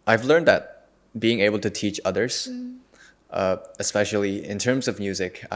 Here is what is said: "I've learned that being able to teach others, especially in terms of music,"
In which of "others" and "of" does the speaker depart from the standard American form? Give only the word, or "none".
none